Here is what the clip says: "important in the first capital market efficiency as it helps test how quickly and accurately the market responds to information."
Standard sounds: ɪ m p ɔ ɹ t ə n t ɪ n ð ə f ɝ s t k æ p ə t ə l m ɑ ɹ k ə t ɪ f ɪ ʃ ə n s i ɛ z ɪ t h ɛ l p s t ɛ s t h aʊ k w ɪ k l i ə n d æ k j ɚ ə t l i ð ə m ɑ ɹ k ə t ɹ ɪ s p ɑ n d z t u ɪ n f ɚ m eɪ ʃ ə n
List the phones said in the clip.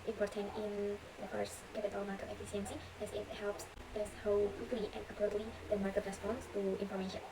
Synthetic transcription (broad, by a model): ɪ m p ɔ ɹ t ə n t ɪ n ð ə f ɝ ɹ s k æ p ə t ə l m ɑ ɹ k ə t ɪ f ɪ s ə n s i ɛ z ɪ t h ɛ l p s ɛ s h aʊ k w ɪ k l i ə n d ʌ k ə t l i ð ə m ɑ ɹ k ə t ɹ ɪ s p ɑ n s t u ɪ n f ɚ m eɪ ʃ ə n